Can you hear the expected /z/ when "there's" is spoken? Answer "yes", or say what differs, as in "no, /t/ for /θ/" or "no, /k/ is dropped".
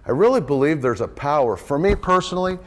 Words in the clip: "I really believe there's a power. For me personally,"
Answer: yes